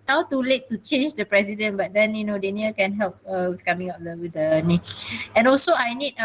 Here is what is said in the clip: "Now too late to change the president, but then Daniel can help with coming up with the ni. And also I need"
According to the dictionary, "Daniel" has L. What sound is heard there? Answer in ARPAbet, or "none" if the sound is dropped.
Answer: N